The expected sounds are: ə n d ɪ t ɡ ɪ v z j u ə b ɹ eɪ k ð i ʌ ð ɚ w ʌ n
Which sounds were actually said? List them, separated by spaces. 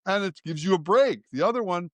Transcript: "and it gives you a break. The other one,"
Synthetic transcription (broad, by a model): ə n ɪ t ɡ ɪ v z j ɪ ə b ɹ eɪ k ð i ʌ ð ɚ w ʌ n